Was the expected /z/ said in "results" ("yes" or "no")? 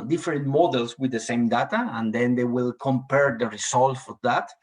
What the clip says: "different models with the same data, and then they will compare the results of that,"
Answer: no